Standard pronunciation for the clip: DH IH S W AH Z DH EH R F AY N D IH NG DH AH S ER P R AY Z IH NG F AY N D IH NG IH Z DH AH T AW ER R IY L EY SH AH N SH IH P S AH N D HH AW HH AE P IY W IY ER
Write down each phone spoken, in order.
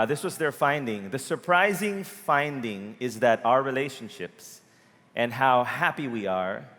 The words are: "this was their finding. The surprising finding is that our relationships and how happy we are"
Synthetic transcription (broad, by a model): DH IH S W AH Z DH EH R F AY N D IH NG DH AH S ER P R AY Z IH NG F AY N D IH NG IH Z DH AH T AW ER R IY L EY SH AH N SH IH P S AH N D HH AW HH AE P IY W IY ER